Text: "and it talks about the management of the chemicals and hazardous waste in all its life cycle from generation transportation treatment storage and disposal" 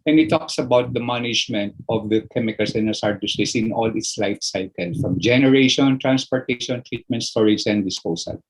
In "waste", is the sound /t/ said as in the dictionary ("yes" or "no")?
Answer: no